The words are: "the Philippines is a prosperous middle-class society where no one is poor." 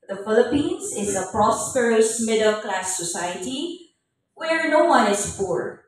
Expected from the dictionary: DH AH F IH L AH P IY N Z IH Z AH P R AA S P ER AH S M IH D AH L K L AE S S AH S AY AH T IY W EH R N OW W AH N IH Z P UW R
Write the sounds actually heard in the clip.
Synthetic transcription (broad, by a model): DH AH F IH L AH P IY N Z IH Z AH P R AA S P ER AH S M IH D AH L K L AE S S AH S AY AH T IY W EH R N OW W AH N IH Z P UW R